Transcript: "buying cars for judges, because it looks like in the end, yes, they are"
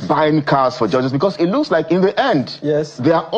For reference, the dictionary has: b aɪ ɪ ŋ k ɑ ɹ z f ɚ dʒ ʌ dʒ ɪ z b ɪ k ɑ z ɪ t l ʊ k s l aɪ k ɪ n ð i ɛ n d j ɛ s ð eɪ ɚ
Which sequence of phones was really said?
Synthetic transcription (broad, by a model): b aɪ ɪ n k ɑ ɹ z f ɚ dʒ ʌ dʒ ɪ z b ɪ k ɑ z ɪ t l ʊ k s l aɪ k ɪ n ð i ɛ n d j ɛ s ð eɪ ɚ